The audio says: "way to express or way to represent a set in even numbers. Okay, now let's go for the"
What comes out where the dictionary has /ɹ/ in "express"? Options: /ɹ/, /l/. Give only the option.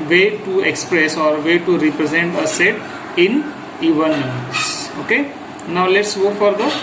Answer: /ɹ/